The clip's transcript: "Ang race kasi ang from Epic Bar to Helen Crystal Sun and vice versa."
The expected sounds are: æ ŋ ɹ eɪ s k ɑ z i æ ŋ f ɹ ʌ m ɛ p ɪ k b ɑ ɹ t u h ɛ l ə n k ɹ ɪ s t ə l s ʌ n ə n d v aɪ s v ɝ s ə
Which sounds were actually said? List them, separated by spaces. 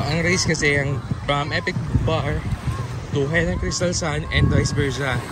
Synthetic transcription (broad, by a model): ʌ ŋ ɹ eɪ s k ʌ s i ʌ ŋ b ɹ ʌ m ɛ p ɪ k b ɑ ɹ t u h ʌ n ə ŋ k ɹ ɪ s t ə l s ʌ n ə n d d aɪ s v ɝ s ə